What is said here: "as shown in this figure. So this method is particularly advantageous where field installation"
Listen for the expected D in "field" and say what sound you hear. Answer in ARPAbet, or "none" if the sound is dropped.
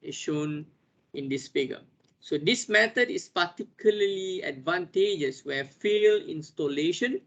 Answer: none